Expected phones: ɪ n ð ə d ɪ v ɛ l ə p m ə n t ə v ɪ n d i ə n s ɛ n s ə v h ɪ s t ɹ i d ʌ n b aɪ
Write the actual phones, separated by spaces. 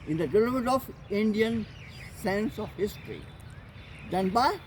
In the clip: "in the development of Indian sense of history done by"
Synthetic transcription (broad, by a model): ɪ n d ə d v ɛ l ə m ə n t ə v ɪ n d i ə n s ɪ n s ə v h ɪ s t ɹ i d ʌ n b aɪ